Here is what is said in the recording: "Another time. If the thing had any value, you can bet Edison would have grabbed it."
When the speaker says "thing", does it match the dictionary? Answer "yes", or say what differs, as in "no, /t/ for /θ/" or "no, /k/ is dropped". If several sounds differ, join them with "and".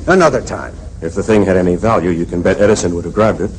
yes